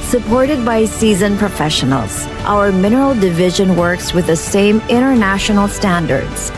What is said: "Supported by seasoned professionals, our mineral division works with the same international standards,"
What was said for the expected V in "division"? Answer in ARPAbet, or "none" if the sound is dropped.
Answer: V